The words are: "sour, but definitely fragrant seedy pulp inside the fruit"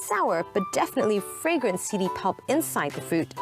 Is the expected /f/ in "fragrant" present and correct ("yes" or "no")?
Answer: yes